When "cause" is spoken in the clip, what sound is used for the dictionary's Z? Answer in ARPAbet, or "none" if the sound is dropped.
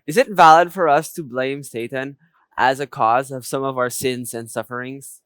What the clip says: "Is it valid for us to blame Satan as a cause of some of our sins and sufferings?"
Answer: Z